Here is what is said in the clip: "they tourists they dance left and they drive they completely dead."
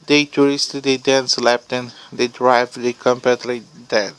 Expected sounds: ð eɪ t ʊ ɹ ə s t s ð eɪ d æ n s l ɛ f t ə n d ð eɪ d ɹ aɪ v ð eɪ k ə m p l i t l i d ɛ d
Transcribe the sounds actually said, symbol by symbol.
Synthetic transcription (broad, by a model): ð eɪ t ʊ ɹ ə s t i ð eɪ d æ n s l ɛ p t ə n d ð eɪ d ɹ aɪ v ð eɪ k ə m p ɛ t l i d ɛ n